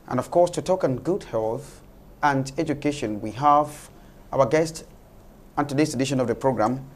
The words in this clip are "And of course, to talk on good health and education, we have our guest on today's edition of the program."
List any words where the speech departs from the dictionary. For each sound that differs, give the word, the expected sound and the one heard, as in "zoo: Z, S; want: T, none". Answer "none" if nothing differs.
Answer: today's: Z, S